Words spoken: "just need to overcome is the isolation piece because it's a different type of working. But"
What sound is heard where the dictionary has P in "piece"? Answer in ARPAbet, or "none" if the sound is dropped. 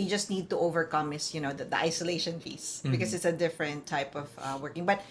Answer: F